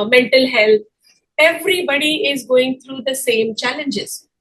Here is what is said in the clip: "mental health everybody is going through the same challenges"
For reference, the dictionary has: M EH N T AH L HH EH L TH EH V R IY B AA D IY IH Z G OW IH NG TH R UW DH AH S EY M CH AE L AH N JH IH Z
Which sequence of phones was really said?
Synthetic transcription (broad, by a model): M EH N T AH L HH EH L T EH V R IY B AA D IY IH Z G OW IH NG T R UW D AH S EY M CH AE L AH N JH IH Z